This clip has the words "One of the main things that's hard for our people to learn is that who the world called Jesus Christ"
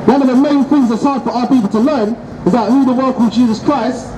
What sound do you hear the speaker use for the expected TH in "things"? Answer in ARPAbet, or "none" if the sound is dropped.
TH